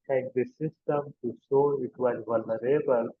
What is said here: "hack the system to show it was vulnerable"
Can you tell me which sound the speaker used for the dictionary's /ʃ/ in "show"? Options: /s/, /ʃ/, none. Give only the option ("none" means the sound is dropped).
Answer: /s/